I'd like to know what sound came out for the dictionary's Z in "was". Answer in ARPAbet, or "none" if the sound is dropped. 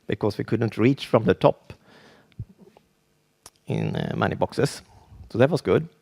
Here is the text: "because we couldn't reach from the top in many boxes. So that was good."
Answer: S